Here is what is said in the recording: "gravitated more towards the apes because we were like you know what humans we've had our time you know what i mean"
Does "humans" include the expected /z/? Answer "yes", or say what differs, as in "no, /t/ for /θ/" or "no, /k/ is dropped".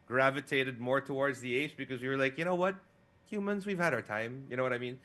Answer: yes